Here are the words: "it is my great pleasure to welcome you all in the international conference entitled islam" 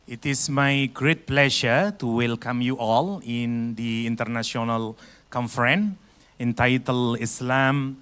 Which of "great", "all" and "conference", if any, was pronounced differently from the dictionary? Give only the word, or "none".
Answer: conference